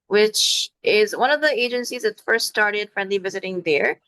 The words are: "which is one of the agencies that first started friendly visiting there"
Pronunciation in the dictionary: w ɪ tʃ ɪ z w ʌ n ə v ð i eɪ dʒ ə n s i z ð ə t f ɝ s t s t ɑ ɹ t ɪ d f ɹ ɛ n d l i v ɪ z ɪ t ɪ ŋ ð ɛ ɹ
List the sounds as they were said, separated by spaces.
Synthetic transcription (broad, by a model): w ɪ tʃ ɪ z w ʌ n ə v ð i eɪ dʒ ə n s i z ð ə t f ɝ s t s t ɑ ɹ t ɪ d f ɹ ɛ n d l i v ɪ z ɪ t ɪ ŋ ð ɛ ɹ